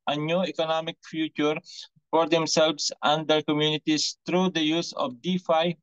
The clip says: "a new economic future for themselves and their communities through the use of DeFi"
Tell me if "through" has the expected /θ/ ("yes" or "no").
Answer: no